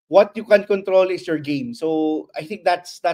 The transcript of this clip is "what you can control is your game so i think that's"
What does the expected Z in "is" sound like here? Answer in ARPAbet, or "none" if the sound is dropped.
S